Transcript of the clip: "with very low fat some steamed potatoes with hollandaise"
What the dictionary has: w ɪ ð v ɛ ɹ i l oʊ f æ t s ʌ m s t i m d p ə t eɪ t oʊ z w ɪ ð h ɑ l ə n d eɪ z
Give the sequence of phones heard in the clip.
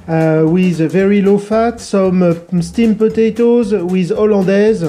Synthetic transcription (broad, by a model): w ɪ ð v ɛ ɹ i l oʊ f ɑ t s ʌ m s t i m p ə t eɪ t oʊ z w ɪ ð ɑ l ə d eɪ z